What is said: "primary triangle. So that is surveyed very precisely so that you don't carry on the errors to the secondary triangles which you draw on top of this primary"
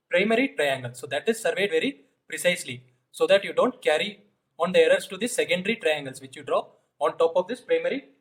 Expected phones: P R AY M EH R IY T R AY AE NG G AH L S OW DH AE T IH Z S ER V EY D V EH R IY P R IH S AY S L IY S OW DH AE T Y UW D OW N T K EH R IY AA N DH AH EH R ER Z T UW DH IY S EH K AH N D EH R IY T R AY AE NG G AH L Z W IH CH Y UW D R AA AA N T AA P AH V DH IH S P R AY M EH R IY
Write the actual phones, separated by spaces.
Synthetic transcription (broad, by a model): P R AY M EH R IY T R AY AE NG G AH L S OW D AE T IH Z S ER V EY D V EH R IY P R IH S AY S L IY S OW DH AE T Y UW D OW N T K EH R IY AA N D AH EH R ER S T UW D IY S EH K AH N D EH R IY T R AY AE NG G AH L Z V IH CH Y UW D R AA AA N T AA P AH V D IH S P R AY M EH R IY